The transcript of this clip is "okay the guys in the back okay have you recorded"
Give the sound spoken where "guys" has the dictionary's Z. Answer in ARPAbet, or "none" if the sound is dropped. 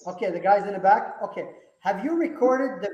Z